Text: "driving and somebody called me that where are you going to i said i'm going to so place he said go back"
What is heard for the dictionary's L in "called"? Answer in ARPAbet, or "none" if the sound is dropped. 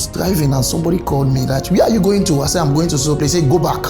L